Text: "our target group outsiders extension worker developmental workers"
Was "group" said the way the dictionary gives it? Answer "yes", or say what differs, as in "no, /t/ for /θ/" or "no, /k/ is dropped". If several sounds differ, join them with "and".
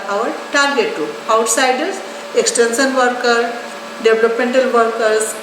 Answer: no, /p/ is dropped